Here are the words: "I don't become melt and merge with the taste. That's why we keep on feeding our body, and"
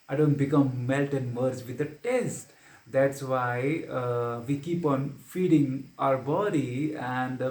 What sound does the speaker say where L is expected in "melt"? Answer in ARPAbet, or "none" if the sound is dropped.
L